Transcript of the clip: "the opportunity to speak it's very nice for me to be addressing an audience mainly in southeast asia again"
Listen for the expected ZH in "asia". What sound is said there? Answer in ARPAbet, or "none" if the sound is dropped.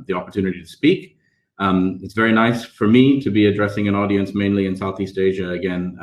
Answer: ZH